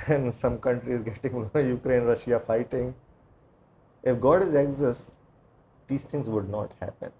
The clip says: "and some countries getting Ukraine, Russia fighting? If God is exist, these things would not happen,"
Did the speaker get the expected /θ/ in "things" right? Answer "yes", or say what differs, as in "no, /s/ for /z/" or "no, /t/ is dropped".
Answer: no, /t/ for /θ/